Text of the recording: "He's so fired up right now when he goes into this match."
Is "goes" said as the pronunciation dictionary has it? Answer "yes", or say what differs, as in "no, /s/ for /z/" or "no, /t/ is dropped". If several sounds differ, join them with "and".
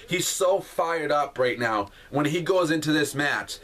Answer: yes